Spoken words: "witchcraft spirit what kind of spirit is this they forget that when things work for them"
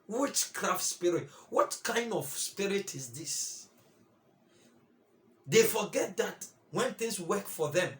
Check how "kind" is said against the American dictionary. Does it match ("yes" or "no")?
yes